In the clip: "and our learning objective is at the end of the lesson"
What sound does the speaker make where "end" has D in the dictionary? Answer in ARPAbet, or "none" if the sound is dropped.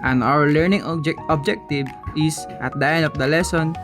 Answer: none